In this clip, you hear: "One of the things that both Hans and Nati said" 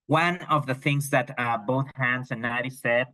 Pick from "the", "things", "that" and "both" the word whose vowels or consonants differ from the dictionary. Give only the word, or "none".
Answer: none